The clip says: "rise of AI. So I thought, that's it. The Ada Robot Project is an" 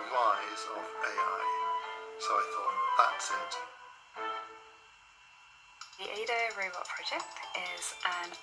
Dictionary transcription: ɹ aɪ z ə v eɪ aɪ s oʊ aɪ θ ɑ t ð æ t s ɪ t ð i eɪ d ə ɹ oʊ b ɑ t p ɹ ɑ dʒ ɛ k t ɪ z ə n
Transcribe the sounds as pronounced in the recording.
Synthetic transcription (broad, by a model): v aɪ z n b eɪ aɪ s oʊ aɪ θ ɑ t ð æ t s ɪ t ð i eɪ d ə ɹ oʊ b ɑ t p ɹ ɑ dʒ ɛ k t ɪ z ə n